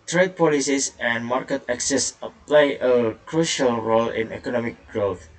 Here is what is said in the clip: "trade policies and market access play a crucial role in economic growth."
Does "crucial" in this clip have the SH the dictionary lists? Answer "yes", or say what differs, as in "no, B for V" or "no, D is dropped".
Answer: yes